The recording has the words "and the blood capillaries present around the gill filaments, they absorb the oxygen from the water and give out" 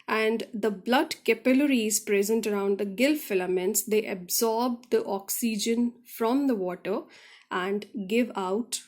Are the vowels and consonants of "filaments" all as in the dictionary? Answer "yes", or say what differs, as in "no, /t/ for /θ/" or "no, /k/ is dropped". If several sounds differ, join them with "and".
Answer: yes